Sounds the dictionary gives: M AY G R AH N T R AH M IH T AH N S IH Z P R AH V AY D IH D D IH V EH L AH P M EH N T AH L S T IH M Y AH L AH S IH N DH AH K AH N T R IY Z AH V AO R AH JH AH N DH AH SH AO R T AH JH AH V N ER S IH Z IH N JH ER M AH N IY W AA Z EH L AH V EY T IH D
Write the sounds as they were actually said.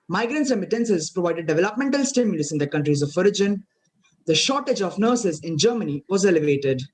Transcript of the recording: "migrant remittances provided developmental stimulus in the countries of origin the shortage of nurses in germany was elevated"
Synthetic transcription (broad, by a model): M AY G R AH N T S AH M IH T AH N S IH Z P R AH V AY D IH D D IH V EH L AH P M EH N T AH L S T IH M Y AH L AH S IH N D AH K AH N T R IY Z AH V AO R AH JH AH N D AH SH AO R T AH JH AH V N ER S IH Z IH N JH ER M AH N IY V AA Z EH L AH V EY T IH D